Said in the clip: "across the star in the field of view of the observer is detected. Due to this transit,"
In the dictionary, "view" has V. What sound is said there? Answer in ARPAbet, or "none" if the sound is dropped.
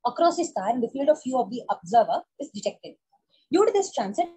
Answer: F